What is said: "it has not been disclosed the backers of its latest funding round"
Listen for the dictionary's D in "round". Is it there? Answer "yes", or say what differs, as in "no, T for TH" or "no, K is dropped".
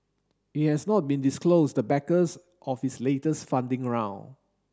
no, D is dropped